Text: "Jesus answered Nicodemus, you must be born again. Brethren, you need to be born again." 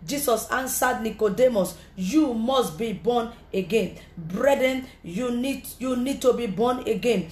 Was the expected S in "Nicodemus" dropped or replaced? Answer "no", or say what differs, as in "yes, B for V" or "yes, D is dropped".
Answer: no